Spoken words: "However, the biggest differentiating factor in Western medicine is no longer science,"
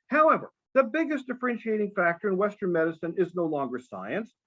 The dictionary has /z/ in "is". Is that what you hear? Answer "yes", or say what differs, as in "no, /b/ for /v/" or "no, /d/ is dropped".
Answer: yes